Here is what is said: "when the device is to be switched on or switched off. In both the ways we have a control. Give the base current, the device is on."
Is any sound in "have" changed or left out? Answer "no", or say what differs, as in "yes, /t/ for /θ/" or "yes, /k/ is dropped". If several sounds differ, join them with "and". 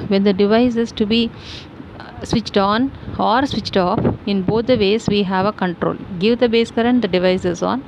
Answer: no